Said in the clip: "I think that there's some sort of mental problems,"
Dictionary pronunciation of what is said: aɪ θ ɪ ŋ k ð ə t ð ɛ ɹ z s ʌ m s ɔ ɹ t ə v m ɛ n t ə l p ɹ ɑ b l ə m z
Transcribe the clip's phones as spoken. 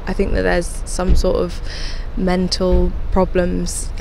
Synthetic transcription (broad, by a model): aɪ θ ɪ ŋ k ð ə t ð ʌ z s ʌ m s ɔ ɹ t ə v m ɛ n t ə l p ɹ ɑ b l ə m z